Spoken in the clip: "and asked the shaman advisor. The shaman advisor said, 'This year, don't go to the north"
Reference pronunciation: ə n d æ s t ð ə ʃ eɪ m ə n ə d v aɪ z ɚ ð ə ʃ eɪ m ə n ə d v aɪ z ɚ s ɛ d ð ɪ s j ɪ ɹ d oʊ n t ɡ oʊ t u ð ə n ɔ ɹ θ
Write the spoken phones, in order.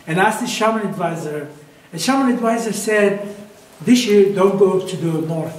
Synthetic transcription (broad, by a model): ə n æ s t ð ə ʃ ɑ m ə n ə d v aɪ z ɚ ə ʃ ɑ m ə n ə d v aɪ z ɚ s ɛ d ð ɪ s j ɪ ɹ d oʊ n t ɡ oʊ t u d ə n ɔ ɹ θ